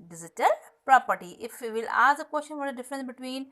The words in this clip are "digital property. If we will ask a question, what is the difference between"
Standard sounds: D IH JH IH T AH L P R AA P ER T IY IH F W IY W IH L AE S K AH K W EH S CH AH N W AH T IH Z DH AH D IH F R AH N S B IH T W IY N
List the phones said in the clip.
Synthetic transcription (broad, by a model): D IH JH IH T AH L P R AA P ER T IY IH F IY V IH L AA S AH K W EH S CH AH N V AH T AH D IH F R AH N S B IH T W IY N